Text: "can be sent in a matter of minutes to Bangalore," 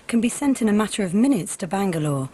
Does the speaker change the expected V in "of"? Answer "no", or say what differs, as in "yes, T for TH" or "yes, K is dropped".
no